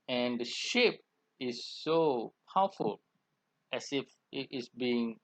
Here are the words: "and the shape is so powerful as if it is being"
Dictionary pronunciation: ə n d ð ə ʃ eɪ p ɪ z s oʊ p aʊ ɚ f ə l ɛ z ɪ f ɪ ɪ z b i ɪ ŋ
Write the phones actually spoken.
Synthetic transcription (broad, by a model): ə n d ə ʃ eɪ p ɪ s oʊ p aʊ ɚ f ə l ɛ s ɪ f ɪ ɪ s b i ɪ ŋ